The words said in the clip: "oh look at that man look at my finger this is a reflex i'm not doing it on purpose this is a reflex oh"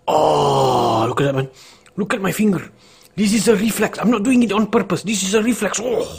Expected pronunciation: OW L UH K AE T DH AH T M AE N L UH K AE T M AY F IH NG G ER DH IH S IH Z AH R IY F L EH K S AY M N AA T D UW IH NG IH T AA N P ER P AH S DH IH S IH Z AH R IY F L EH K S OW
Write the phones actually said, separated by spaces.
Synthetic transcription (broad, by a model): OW L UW K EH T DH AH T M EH N L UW K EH T M AY F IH NG G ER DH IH S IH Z AH R IY F L EH K S AY M N AA T D UW IH NG IH T AA N P ER P AH S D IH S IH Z AH R IY F L EH K S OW